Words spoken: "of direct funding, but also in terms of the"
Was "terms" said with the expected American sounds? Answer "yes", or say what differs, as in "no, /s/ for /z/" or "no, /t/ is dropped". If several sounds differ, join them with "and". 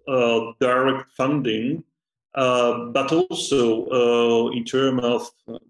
no, /z/ is dropped